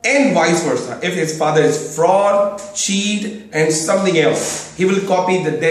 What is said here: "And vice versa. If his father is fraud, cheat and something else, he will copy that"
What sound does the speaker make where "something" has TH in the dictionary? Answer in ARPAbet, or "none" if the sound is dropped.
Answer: T